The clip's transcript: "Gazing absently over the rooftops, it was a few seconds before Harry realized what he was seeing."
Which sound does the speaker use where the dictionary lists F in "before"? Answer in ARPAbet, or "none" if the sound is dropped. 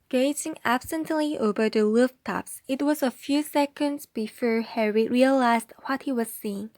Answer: F